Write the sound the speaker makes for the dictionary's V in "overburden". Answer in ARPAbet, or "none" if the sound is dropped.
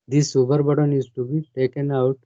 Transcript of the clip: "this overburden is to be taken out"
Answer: B